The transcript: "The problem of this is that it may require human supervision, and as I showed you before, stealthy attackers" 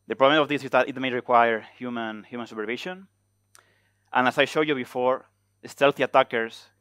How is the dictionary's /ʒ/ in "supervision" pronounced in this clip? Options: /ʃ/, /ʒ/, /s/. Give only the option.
/ʃ/